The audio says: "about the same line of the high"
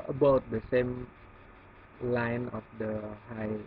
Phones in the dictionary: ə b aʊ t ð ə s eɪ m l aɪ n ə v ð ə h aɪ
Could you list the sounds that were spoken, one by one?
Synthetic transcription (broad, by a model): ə b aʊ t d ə s eɪ m l aɪ n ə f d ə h aɪ